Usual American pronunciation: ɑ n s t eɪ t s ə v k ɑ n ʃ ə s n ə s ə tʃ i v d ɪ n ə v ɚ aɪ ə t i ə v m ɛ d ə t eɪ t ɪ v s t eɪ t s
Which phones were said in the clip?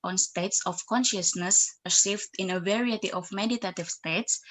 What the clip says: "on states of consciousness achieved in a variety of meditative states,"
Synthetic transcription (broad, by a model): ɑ n s t eɪ t s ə f k ɑ n ʃ ə s n ə s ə s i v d ɪ n ə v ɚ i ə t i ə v m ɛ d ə t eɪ t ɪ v s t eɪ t s